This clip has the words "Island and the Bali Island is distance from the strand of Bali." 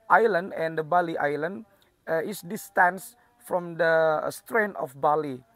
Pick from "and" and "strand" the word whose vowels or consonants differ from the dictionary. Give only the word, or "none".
strand